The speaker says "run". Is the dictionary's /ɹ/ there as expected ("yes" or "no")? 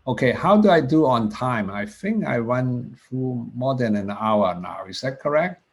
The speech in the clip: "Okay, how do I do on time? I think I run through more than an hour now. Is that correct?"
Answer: no